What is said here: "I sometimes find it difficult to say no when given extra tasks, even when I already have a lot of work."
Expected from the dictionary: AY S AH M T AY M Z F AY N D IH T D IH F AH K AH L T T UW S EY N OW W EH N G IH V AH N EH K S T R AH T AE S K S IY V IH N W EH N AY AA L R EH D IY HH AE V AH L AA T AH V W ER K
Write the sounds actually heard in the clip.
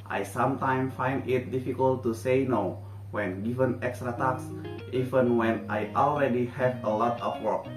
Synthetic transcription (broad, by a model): AY S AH M T AY M F AY N D IH T D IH F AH K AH L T T UW S EY N OW W EH N G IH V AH N EH K S T R AH T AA K S IY V IH N W EH N AY AA L R EH D IY HH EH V AH L AA T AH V W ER K